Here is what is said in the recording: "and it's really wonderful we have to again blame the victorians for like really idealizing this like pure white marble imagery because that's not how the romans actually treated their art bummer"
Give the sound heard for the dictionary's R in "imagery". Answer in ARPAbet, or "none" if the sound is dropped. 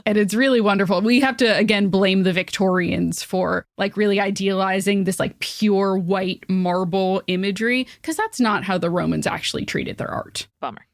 R